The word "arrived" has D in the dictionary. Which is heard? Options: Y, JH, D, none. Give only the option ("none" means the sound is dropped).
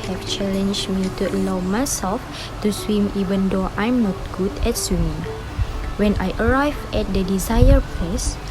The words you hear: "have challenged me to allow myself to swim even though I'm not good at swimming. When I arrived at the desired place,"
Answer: none